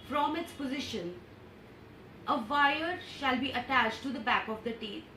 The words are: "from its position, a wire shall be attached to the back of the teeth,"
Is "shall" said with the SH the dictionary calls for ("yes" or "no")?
yes